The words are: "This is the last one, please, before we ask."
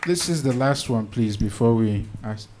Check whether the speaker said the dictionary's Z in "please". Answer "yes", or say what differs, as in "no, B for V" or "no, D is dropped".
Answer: yes